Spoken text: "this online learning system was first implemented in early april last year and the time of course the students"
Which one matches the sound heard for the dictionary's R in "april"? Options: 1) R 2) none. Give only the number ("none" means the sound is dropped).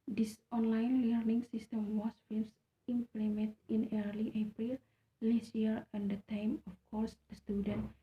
1